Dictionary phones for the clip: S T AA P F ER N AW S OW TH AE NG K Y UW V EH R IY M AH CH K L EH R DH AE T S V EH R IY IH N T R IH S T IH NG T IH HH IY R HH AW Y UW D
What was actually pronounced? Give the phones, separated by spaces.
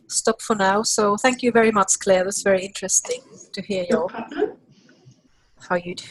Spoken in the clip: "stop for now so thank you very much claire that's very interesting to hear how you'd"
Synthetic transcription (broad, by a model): S T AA P F ER N AW S OW TH AE NG K Y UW V EH R IY M AH CH K L EH R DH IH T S V EH R IY IH N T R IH S T IH NG T IH HH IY R HH AW Y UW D